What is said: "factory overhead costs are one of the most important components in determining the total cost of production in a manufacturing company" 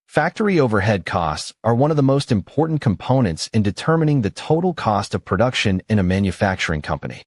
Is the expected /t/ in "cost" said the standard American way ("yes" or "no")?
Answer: yes